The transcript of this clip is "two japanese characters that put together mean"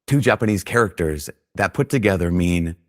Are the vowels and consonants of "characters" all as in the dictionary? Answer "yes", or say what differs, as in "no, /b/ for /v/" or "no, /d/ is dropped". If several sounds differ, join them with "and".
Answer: yes